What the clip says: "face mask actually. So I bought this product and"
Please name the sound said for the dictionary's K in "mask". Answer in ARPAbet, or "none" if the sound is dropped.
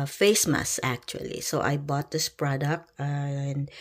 none